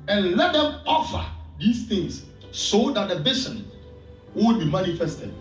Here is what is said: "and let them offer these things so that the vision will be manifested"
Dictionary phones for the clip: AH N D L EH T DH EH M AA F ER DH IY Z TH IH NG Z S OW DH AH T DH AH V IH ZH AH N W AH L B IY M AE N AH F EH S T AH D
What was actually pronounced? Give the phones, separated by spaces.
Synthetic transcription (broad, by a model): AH N L EH T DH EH M AA F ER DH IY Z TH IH NG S S OW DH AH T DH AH B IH S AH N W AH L B IY M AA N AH F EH S T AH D